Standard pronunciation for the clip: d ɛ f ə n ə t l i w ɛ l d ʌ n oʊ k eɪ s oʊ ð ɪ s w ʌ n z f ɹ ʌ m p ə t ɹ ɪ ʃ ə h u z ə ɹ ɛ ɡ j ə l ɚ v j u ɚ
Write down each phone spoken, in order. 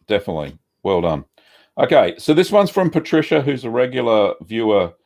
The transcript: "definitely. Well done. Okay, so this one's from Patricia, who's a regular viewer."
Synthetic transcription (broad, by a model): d ɛ f ə n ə t l i w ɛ l d ʌ n oʊ k eɪ s oʊ ð ɪ s w ʌ n z f ɹ ʌ m p ə t ɹ ɪ ʃ ə h u z ə ɹ ɛ ɡ j l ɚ v j u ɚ